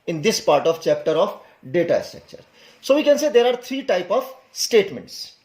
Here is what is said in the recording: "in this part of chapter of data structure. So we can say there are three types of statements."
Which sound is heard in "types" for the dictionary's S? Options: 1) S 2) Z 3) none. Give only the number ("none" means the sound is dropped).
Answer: 3